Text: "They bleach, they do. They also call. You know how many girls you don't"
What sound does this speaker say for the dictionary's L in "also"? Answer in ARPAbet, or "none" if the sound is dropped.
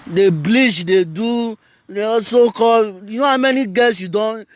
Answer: none